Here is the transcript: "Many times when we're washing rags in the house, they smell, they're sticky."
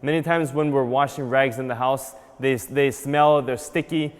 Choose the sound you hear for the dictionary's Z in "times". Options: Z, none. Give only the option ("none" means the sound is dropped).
Z